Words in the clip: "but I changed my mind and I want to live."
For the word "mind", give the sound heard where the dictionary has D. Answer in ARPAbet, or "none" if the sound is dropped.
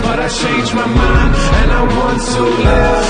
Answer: none